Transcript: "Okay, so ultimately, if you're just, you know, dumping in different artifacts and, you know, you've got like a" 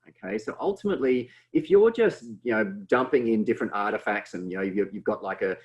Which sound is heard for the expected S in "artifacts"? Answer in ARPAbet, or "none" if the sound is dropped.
S